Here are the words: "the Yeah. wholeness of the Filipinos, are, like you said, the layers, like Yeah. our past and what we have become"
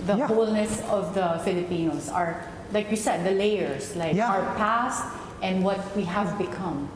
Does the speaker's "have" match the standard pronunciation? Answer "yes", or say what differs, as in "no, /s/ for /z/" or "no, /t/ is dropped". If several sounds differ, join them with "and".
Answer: yes